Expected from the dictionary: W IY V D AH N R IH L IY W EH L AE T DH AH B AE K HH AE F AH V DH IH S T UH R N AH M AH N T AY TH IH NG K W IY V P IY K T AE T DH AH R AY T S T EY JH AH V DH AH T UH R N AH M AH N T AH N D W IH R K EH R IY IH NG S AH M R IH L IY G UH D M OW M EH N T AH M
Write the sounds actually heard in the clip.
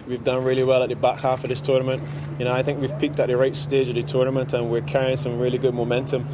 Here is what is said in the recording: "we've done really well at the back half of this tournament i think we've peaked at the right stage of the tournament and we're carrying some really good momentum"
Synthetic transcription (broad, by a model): W IY V D AH N R IH L IY W EH L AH T DH AH B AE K HH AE F AH V DH IH S T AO R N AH M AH N T AY TH IH NG K W IY V P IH K T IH T DH AH R AY T S T EY JH AH V DH AH T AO R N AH M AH N T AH N W IH R K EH R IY IH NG S AH M R IH L IY G UH D M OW M EH N T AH M